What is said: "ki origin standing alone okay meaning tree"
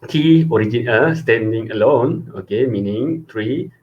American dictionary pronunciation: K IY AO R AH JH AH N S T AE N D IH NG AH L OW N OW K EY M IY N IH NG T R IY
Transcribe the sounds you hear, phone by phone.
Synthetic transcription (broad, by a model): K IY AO R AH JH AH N S T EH N D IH NG AH L OW N OW K EY M IY N IH NG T R IY